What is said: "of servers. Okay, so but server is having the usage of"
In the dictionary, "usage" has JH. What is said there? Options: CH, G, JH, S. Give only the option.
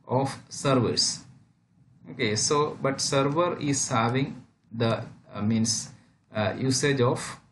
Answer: JH